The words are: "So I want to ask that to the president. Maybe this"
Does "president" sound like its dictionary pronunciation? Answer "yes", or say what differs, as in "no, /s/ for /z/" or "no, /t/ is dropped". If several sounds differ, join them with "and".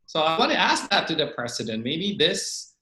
no, /s/ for /z/